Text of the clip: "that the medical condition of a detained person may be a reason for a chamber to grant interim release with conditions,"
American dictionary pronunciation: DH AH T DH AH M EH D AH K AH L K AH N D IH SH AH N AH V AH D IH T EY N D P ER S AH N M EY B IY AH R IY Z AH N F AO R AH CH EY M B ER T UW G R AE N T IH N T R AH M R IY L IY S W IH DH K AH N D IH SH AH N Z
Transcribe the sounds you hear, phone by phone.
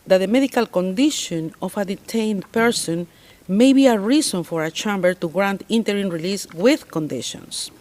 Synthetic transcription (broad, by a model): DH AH T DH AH M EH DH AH K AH L K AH N D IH SH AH N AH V AH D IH T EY N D P ER S AH N M EY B IY AH R IY S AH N F AO R AH CH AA M B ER T UW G R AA N T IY N T R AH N R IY L IY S W IH DH K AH N D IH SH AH N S